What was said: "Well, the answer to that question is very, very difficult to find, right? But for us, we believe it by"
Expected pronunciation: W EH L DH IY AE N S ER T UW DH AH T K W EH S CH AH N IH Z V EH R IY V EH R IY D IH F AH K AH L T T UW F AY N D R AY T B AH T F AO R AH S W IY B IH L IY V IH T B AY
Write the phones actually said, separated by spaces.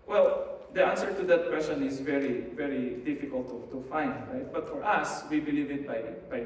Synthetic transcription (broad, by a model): W EH L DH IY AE N S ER T UW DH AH T K W EH S CH AH N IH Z V EH R IY V EH R IY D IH F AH K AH L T T UW F AY N D R AY T B AH T F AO R AH S W IY B IH L IY V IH T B AY